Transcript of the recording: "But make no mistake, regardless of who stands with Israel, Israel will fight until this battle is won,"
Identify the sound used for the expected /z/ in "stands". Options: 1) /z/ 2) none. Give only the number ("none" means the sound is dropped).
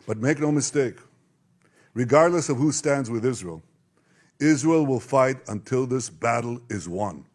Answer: 1